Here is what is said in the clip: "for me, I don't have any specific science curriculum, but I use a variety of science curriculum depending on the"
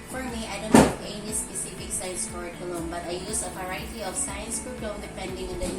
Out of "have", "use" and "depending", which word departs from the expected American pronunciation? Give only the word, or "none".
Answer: have